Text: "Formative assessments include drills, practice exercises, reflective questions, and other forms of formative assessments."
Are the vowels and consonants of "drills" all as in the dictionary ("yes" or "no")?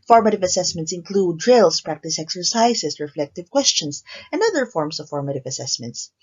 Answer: no